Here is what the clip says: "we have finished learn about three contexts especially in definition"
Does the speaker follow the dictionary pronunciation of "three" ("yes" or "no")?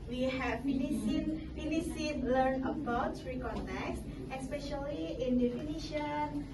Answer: no